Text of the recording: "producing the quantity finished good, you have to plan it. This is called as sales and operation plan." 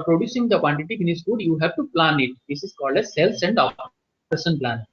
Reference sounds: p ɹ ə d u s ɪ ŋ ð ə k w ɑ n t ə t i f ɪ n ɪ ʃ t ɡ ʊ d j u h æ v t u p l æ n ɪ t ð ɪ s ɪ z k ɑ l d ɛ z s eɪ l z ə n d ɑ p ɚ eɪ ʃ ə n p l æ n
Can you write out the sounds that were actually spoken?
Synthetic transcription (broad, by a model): p ɹ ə d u s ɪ ŋ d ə k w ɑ n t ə t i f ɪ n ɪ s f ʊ d j u h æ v t u p l æ n ɪ t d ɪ s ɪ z k ɑ l d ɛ s eɪ l s ə n d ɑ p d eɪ s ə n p l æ n